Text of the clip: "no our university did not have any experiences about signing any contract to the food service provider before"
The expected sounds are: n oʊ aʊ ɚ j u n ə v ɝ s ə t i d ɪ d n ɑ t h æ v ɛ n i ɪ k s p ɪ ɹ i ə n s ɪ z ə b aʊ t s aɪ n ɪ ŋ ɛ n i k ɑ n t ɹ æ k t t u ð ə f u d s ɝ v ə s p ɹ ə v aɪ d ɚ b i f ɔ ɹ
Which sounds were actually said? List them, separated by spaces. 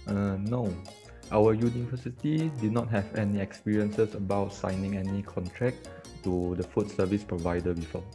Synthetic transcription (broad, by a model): n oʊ aʊ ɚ j u n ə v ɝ s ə t i d ɪ d n ɑ t h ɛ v ɛ n i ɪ k s p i ɹ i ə n s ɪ s ə b aʊ t s aɪ n ɪ ŋ ɛ n i k ɑ n t ɹ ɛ k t t u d ə f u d s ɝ v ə s p ɹ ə v aɪ d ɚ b i f ɔ